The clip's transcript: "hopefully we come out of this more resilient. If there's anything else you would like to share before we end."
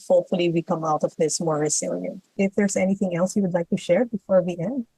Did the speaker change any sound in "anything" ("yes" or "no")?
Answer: no